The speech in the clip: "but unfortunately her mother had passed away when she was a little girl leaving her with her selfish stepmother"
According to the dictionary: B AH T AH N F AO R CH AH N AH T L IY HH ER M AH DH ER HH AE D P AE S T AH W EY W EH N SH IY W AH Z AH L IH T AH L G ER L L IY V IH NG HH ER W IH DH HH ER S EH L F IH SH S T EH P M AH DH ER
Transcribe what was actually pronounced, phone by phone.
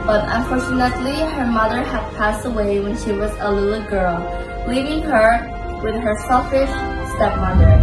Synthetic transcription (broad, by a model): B AH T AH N F AO R CH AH N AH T L IY HH ER M AH DH ER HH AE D P AE S T AH W EY W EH N SH IY W AH Z AH L IH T L G ER L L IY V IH NG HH ER W IH DH HH ER S EH L F IH SH S T EH P M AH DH ER